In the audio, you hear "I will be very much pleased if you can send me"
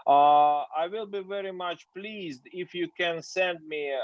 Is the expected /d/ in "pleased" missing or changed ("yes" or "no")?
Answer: no